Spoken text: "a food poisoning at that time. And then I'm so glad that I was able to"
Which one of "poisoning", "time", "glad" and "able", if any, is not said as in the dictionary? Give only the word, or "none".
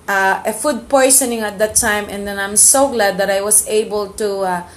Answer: poisoning